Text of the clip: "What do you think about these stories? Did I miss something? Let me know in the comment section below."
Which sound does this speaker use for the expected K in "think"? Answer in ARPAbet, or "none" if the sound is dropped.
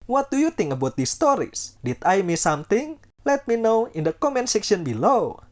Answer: none